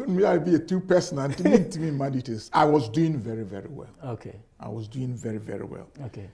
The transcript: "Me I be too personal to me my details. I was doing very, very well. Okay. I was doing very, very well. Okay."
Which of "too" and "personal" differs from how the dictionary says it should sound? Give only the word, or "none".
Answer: personal